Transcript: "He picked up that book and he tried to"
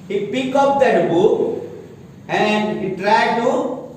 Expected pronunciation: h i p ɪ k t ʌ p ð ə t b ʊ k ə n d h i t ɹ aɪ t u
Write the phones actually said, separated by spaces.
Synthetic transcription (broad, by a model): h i p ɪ k ʌ p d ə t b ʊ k ə n d h i t ɹ aɪ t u